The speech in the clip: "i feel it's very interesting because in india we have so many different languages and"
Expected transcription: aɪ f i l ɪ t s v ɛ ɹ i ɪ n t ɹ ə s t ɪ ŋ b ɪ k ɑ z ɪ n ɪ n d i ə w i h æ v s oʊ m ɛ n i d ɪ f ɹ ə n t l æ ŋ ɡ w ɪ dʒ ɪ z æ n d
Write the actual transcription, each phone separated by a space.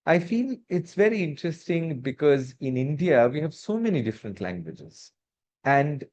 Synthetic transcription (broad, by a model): aɪ f i l ɪ t s v ɛ ɹ i ɪ n t ɹ ə s t ɪ ŋ b ɪ k ɑ z ɪ n ɪ n d i ə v i h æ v s oʊ m ɛ n i d ɪ f ɹ ə n t l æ ŋ ɡ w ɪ dʒ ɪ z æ n d